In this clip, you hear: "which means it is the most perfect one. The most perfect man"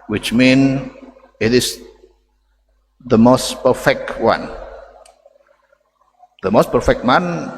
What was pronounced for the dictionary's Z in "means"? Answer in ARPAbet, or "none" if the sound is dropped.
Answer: none